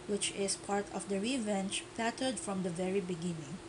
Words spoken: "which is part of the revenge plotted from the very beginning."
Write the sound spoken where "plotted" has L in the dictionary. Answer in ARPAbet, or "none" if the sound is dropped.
none